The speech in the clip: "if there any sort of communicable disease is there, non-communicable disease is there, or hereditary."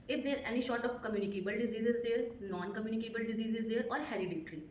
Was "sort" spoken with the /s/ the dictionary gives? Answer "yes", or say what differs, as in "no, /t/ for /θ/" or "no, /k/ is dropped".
no, /ʃ/ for /s/